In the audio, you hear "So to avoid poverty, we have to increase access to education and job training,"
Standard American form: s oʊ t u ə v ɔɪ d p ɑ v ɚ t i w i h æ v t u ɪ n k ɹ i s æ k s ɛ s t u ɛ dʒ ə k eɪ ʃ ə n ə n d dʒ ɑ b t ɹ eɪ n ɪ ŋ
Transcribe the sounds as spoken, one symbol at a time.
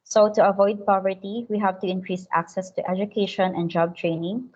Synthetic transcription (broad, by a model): s oʊ t u ə v ɔɪ d p ɑ v ɚ t i w i h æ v t u ɪ n k ɹ i s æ k s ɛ s t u ɛ dʒ ə k eɪ ʃ ə n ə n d dʒ ɑ b t ɹ eɪ n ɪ ŋ